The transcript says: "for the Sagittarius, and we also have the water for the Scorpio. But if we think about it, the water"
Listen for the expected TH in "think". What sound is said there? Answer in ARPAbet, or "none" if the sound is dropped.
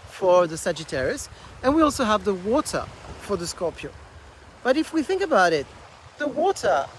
TH